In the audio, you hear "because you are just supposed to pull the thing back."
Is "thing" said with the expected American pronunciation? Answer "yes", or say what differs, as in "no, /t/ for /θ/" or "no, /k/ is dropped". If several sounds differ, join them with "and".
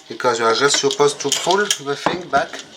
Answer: no, /f/ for /θ/